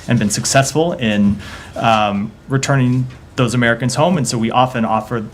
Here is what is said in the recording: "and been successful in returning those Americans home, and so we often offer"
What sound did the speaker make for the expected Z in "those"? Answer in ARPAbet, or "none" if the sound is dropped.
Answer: Z